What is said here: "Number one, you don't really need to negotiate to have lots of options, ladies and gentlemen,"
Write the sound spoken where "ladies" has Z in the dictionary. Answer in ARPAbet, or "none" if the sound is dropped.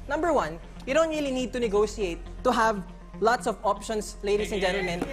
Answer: S